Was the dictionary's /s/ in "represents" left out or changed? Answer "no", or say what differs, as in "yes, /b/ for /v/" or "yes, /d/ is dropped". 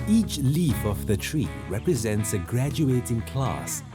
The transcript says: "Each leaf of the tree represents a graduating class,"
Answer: no